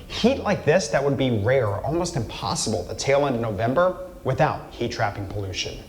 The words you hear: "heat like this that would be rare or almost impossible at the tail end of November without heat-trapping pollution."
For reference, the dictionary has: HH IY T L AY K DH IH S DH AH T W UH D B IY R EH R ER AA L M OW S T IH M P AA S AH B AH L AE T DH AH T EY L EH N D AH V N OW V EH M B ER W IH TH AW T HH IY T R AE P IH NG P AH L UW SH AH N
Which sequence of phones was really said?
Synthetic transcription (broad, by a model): HH IY T L AY K DH IH S DH AH T W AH D B IY R EH R AA L M OW S T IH M P AA S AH B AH L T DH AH T EY L EH N D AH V N OW V EH M B ER W IH TH AW T HH IY T R AE P IH NG P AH L UW SH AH N